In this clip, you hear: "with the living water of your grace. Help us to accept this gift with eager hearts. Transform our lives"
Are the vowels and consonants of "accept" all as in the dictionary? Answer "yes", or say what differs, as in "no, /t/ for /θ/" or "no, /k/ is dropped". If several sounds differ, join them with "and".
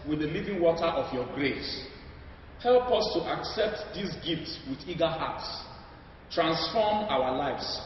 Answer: yes